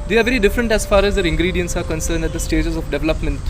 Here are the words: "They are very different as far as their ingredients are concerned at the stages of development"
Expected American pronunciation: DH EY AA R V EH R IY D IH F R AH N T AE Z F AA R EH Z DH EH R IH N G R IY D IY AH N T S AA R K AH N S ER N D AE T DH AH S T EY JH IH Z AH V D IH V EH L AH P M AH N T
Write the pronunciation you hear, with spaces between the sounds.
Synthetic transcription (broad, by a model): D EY AA R V EH R IY D IH F R AH N T AE Z F AA R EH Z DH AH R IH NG G R IY D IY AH N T S AA R K AH N S ER N D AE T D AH S T EY JH IH Z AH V D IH V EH L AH P M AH N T